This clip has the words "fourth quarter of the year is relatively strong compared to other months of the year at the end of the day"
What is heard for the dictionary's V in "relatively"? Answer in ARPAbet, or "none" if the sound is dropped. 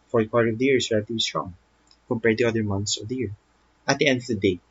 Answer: B